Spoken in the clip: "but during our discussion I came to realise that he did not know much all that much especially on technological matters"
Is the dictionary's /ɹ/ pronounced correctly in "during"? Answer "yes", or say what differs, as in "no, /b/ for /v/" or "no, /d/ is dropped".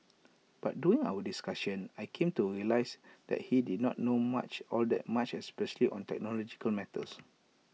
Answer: no, /ɹ/ is dropped